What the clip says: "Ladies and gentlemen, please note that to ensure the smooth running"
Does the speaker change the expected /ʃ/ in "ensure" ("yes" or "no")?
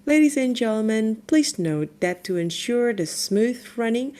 no